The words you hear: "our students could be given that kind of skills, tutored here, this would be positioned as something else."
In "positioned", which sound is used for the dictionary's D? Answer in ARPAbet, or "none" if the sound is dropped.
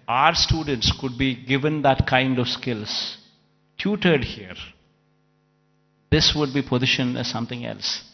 none